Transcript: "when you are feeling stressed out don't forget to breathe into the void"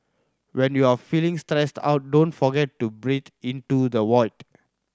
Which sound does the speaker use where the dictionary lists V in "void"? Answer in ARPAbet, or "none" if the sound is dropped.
W